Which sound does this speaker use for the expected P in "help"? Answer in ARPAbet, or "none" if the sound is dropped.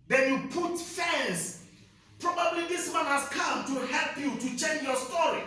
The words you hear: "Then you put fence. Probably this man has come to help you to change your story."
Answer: P